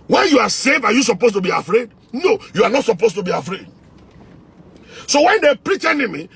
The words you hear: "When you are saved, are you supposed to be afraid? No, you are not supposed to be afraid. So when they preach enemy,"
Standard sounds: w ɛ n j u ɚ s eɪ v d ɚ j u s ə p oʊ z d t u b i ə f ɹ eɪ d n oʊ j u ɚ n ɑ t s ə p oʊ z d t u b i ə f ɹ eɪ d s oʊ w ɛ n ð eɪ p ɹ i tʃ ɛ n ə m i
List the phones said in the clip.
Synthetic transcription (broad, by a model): w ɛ n j u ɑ s eɪ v ɑ j u s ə p oʊ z t u b i ə f ɹ eɪ d n oʊ j u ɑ n ɑ t s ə p oʊ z t u b i ə f ɹ eɪ d s oʊ w ɛ n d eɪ p ɹ i tʃ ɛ n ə m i